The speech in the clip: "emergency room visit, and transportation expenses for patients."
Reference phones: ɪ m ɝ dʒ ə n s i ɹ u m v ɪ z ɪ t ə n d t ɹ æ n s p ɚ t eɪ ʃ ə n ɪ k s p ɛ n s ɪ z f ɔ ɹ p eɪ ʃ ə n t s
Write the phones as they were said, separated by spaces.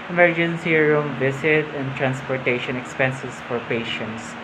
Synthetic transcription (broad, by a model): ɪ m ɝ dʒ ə n s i ɹ u m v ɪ s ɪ t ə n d t ɹ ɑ n s p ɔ t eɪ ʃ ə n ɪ k s p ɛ n s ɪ s f ɔ ɹ p eɪ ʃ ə n t s